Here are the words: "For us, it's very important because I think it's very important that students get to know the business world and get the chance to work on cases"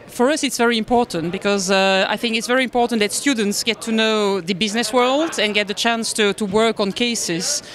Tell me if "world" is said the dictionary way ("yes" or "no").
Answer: yes